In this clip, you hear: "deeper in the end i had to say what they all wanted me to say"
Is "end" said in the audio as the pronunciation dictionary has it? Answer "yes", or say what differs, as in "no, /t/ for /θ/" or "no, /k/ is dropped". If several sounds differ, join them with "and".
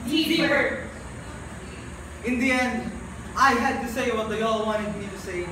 yes